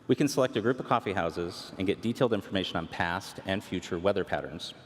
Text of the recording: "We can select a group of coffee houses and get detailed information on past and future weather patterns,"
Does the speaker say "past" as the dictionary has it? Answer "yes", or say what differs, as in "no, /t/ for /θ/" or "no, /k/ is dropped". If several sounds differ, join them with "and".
yes